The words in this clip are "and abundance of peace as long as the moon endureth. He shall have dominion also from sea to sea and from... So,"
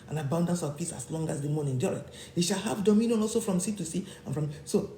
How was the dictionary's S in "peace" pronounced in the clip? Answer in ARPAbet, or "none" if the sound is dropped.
S